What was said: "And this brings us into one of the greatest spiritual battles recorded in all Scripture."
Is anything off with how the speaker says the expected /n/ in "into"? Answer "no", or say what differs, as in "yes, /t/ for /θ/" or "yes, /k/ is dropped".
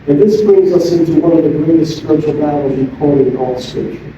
no